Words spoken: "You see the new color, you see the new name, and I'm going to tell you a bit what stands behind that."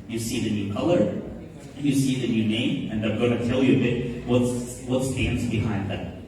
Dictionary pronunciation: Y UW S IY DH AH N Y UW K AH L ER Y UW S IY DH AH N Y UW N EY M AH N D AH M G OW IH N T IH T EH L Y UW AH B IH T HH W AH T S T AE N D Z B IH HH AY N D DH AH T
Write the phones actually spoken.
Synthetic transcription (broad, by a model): Y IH S IY DH AH N Y UW K AH L ER Y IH S IY DH AH N Y UW N EY M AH N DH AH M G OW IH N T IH T EH L Y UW AH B IH T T W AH T S T AE N D Z B IH HH AY N D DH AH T